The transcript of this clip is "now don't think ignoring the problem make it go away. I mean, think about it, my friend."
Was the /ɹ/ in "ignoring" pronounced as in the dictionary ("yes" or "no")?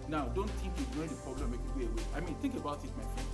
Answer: no